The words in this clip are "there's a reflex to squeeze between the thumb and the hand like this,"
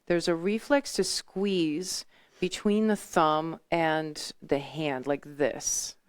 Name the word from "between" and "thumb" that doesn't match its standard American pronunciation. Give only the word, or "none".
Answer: none